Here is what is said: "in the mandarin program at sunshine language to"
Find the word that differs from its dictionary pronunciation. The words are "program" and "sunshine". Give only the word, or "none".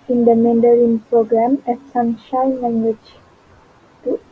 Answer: none